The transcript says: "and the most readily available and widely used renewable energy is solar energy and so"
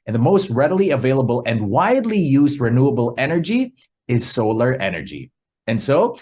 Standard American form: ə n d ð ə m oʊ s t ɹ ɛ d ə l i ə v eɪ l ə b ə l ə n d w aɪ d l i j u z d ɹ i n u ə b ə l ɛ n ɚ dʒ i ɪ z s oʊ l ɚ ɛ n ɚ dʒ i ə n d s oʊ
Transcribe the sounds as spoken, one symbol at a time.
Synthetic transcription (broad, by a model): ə n ð ə m oʊ s t ɹ ɛ d ə l i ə v eɪ l ə b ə l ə n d w aɪ d l i j u z d ɹ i n u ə b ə l ɛ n ɚ dʒ i ɪ z s oʊ l ɚ ɛ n ɚ dʒ i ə n s oʊ